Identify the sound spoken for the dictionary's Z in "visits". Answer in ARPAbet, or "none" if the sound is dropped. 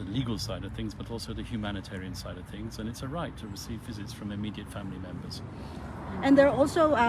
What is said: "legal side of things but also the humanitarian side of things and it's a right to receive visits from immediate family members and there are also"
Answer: Z